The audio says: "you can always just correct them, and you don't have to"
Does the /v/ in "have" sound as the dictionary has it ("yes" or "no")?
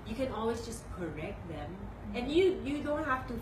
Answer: no